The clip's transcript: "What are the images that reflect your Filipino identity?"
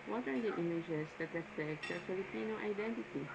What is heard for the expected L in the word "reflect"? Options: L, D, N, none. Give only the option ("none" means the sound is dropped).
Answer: none